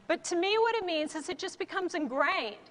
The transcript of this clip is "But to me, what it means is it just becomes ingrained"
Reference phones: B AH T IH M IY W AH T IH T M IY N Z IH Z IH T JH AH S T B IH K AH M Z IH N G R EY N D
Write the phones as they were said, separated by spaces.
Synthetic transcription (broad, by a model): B AH T IH M IY W AH T IH T M IY N Z IH Z IH T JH AH S B IH K AH M Z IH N G R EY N